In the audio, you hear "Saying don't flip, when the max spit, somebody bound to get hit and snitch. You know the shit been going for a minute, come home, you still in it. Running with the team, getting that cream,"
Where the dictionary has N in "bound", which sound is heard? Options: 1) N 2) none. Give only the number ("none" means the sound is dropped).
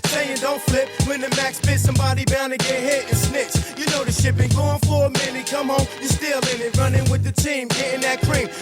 1